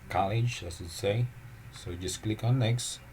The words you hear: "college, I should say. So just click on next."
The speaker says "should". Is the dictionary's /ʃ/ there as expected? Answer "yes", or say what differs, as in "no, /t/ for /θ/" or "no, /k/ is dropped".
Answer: no, /s/ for /ʃ/